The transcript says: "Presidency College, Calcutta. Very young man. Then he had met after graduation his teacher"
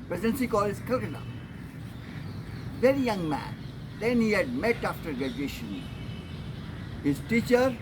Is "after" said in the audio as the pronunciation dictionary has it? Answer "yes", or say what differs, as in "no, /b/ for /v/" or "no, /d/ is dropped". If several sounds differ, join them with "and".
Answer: yes